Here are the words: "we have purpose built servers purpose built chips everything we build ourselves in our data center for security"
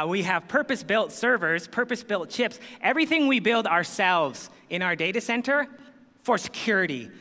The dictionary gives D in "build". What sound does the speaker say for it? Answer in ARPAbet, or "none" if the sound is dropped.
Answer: D